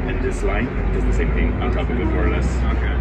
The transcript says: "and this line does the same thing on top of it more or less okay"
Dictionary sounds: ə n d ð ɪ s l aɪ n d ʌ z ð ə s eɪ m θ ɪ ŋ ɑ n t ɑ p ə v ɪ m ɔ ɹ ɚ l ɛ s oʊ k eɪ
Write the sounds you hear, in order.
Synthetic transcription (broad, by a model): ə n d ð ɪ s l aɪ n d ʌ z ð ə s eɪ m θ ɪ ŋ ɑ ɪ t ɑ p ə w ɪ m ɔ ɹ ɚ l ɛ s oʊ k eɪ